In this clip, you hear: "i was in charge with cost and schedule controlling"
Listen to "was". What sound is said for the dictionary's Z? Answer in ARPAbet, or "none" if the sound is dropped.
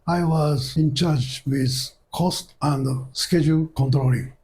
Z